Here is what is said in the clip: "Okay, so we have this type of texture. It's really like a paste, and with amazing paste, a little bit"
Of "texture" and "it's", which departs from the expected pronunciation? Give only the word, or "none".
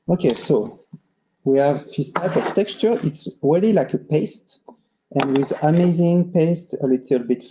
none